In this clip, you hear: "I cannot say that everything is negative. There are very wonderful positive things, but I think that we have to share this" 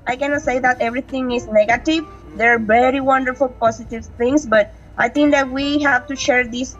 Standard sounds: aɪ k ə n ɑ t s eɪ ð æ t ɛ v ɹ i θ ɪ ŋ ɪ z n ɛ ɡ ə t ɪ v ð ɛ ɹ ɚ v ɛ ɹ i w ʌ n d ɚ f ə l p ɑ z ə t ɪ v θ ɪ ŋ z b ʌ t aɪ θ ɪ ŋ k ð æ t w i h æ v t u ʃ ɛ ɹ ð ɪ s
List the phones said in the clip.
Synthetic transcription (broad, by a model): aɪ k ə n ɑ t s eɪ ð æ t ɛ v ɹ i t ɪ ŋ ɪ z n ɛ ɡ ə t ɪ v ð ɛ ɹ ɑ v ɛ ɹ i w ʌ n d ɚ f ə l p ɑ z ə t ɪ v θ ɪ ŋ s b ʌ t aɪ t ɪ ŋ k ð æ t w i h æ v t u ʃ ɛ ɹ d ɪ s